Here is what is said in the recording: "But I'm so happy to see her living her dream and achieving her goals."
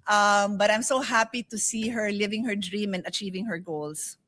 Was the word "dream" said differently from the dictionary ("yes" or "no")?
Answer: no